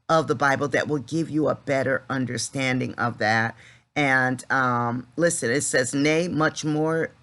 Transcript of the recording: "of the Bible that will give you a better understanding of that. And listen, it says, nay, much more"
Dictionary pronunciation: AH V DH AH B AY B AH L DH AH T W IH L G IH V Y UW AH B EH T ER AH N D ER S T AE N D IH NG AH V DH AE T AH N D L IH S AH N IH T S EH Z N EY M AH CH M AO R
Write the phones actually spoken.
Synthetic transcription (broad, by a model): AH V DH AH B AY B L DH AH T W IH L G IH V Y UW AH B EH T ER AH N D ER S T AE N D IH NG AH V DH AE T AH N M L IH S AH N IH T S EH Z N EY M AH CH M AO R